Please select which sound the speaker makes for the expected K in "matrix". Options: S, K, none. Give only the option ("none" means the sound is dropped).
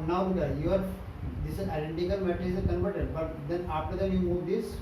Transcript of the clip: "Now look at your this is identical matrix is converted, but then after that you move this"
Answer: none